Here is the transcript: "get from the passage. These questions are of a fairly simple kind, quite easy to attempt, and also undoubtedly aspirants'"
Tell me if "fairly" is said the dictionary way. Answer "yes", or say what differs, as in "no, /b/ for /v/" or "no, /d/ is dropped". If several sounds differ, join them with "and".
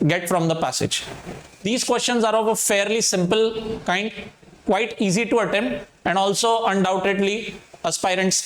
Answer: yes